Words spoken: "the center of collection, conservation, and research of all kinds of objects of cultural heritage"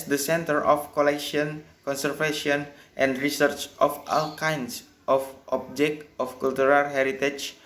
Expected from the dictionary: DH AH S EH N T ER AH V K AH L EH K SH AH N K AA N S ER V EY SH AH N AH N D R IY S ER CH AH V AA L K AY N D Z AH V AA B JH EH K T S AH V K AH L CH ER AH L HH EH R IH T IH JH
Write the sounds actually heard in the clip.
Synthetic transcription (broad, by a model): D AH S EH N T ER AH F K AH L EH K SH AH N K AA N S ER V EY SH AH N AH N D R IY S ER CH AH F AA L K AY N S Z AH F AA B JH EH K T AH F K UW L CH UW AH L HH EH R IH T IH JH